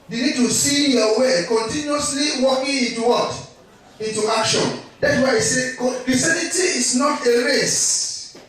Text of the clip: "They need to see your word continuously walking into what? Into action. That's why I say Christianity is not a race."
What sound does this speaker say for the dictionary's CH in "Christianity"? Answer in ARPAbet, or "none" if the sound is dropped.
none